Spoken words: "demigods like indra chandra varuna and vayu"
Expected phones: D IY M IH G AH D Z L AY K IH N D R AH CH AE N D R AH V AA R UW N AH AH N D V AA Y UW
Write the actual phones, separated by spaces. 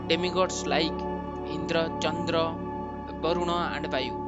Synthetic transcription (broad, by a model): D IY M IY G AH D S L AY K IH N D R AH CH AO N D R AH B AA R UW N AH AH N D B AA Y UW